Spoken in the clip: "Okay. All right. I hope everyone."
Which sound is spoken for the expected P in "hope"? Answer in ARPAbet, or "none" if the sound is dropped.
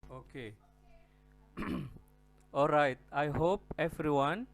P